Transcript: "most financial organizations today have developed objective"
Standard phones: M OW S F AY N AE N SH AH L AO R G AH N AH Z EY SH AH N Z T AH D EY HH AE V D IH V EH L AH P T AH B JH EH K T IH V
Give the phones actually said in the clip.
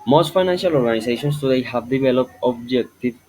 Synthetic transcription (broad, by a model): M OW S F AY N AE N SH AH L AO R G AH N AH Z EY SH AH N S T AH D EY HH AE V D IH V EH L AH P AH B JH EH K T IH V